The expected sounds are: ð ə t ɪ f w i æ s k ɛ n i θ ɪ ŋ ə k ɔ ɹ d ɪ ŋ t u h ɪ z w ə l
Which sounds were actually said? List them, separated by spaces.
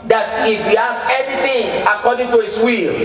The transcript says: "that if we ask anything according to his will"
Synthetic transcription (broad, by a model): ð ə t ɪ f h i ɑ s ɛ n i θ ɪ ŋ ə k ɔ d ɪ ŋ t u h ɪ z w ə l